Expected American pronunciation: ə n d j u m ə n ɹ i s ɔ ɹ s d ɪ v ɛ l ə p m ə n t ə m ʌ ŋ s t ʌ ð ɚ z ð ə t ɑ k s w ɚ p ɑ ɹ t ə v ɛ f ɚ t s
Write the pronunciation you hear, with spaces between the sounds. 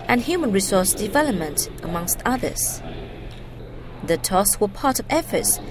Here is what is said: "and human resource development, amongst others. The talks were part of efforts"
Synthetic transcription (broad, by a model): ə n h j u m ə n ɹ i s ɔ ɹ s d ɪ v ɛ l ə p m ə n t ə m ʌ ŋ s t ʌ ð ɚ z ð ə t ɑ s w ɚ p ɑ ɹ t ə v ɛ f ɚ t s